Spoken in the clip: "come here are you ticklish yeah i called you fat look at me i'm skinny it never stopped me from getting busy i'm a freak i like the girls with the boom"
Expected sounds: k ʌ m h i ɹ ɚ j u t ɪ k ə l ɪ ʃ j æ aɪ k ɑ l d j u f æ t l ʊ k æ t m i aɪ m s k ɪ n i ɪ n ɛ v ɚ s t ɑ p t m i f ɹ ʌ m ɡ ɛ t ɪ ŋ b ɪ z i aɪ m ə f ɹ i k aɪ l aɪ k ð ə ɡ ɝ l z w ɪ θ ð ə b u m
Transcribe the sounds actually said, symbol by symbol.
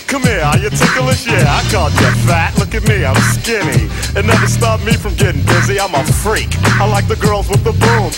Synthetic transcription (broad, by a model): k ʌ m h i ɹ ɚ j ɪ t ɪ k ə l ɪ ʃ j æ aɪ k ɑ d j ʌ f æ t l ʊ k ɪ t m i aɪ m s k ɪ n i ɪ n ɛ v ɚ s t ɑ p m i f ɹ ʌ m ɡ ɛ t ɪ ŋ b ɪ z i aɪ m ə f ɹ i k aɪ l aɪ k ð ə ɡ ɝ l z w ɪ ð ə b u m